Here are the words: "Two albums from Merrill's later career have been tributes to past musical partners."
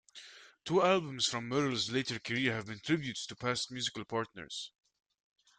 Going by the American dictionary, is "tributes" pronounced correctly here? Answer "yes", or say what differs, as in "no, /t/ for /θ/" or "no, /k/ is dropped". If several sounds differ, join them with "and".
no, /s/ is dropped